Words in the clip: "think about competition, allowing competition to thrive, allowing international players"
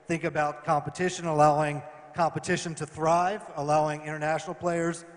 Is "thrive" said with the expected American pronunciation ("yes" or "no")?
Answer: yes